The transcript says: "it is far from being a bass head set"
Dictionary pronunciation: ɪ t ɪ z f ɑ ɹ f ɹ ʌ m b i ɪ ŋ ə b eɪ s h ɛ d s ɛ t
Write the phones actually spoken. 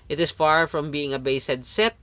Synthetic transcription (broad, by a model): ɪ t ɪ s f ɑ ɹ f ɹ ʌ m b i ɪ ŋ ə b eɪ s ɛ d s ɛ t